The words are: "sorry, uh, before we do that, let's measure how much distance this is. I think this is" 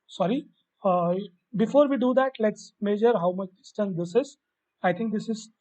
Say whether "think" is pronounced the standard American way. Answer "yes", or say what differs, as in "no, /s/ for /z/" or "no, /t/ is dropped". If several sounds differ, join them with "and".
no, /t/ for /θ/